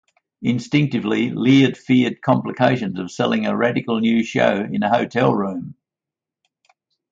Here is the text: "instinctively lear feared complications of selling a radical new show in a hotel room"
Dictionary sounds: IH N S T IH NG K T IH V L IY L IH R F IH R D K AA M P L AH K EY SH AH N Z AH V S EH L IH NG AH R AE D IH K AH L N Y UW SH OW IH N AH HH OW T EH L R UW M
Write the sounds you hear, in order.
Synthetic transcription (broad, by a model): IH N S T IH NG K T IH V L IY L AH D F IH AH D K AA M P L AH K EY SH AH N Z AH V S EH L IH NG AH R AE D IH K AH L N Y UW SH OW IH N AH HH OW T EH L R UW M